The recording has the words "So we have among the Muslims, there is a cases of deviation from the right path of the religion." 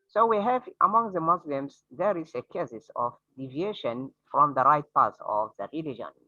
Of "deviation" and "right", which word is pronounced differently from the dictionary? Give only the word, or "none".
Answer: none